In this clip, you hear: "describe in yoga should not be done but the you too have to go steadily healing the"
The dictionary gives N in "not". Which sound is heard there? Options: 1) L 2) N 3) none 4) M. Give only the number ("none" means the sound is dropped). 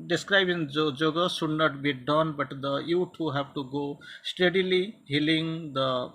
2